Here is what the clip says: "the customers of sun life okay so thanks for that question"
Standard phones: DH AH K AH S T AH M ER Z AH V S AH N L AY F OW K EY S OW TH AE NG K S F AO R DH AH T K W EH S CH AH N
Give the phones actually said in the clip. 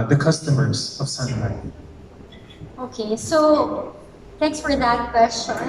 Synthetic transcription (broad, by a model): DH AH K AH S T AH M ER Z AH V S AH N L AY OW K EY S OW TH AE NG K S F AO R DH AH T K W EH S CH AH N